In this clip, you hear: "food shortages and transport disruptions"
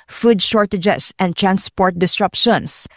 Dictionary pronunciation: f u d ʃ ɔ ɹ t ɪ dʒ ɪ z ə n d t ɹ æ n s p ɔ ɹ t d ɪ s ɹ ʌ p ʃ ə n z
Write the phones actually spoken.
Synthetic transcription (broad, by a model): f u d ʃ ɔ ɹ t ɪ dʒ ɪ s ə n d t ɹ æ n s p ɔ ɹ t d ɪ s ɹ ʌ p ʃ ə n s